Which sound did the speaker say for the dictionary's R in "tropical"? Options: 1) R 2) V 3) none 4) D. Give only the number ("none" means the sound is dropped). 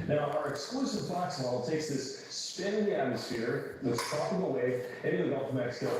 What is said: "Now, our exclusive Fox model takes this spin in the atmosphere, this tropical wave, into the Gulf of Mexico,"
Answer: 3